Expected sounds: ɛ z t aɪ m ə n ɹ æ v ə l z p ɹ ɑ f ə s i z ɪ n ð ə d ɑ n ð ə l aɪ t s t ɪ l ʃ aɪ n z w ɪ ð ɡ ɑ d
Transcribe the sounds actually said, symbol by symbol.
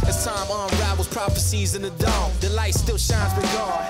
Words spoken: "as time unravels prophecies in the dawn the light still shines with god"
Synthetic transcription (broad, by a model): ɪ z t aɪ m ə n ɹ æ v l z p ɹ ɑ f ə s i z ɪ n ð ə d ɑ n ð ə l aɪ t s t ɪ l ʃ aɪ n z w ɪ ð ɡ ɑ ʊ